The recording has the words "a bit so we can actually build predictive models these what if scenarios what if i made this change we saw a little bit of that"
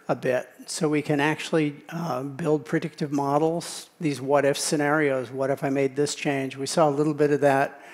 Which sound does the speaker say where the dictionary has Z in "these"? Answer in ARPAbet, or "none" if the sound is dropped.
Z